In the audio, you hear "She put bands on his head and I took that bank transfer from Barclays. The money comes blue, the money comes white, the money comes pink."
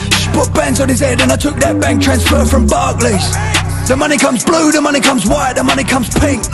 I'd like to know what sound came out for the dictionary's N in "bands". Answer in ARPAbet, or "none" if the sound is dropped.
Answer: N